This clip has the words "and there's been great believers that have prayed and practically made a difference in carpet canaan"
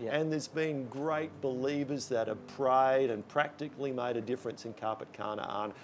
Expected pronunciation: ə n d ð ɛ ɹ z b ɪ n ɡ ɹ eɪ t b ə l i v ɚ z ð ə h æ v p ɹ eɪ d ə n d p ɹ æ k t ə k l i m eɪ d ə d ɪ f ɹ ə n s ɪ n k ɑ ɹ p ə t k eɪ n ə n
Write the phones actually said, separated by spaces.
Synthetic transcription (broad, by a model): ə n ð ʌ ɹ z b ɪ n ɡ ɹ eɪ t b ə l i v ɚ z ð ə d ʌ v p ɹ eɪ d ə n p ɹ æ k t ə k l i m eɪ d ə d ɪ f ɹ ə n s ɪ n k ɑ ɹ p ə t k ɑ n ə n